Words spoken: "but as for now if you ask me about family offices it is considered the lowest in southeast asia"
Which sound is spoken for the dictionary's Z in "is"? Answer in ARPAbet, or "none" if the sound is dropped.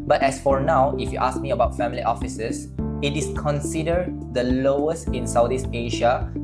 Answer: S